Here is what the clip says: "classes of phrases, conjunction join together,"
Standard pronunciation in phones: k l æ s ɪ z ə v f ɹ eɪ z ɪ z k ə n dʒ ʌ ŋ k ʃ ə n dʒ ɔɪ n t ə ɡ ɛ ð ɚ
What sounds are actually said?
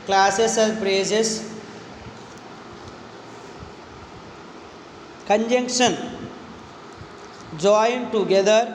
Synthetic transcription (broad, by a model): k l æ s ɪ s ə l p ɹ eɪ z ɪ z k ə n dʒ ʌ ŋ k ʃ ə n dʒ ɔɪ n t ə ɡ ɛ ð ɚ